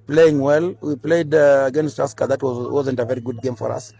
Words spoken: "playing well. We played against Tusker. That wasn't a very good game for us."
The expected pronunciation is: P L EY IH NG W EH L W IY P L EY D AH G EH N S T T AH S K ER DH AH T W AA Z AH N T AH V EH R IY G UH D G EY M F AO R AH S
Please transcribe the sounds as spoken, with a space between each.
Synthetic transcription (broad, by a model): P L EY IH NG W EH L W IY P L EY D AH G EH N S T T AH S K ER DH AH T W AA Z AH N T AH V EH R IY G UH D G EY M F AO R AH S